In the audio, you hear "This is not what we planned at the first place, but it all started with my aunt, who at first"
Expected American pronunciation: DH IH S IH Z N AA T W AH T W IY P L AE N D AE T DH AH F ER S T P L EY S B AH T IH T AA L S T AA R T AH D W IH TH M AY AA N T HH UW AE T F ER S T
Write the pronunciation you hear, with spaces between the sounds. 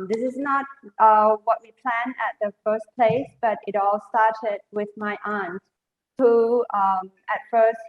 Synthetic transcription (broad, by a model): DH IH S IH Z N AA T W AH T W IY P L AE N AE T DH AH F ER S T P L EY S B AH T IH T AA L S T AA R T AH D W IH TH M AY AA N T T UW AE T F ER S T